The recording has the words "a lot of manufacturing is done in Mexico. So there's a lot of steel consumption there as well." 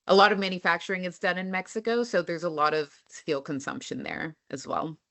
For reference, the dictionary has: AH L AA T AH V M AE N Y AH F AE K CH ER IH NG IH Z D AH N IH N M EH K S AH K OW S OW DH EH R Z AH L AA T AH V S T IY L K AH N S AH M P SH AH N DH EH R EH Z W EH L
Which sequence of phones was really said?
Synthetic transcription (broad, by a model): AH L AA T AH V M AE N Y AH F AE K CH ER IH NG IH S D AH N IH N M EH K S AH K OW S OW DH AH R Z AH L AA T AH V S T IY L K AH N S AH M P SH AH N DH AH R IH Z W EH L